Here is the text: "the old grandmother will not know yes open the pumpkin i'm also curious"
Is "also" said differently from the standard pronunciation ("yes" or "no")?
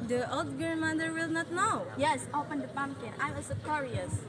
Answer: yes